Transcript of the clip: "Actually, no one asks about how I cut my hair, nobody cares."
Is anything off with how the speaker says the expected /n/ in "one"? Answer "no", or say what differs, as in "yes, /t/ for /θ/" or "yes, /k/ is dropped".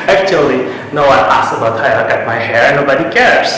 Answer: yes, /n/ is dropped